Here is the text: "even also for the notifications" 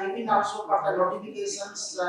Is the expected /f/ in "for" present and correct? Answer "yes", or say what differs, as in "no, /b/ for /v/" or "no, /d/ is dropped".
no, /p/ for /f/